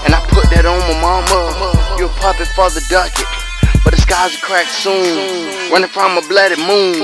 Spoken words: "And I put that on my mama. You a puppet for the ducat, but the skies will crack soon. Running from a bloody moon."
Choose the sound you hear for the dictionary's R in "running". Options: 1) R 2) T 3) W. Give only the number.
3